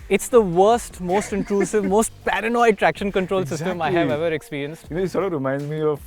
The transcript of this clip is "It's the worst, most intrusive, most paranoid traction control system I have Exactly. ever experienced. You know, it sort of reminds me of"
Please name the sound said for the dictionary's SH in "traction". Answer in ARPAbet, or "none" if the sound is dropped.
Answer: SH